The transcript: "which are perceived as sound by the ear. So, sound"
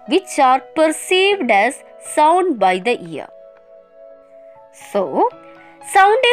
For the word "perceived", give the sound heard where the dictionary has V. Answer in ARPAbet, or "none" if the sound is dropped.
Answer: V